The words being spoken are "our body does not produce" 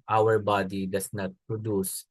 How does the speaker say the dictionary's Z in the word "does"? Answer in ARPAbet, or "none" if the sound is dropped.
S